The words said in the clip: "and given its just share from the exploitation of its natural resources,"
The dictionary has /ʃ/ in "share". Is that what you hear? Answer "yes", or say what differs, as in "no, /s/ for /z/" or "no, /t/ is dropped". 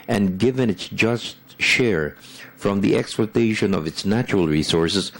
yes